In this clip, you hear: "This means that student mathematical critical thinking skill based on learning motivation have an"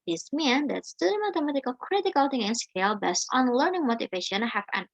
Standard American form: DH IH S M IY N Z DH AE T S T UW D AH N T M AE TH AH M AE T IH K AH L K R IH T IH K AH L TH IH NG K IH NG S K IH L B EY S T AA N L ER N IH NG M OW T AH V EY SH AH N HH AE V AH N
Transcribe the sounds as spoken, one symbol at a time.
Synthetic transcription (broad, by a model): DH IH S M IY N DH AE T S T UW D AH M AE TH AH M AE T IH K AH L K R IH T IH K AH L T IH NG IH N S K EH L B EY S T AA N L ER N IH NG M OW T AH V EY SH AH N HH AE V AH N